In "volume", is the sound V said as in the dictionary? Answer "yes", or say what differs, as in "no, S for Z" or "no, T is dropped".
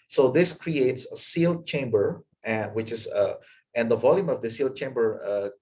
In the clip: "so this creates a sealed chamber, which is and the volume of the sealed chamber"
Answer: yes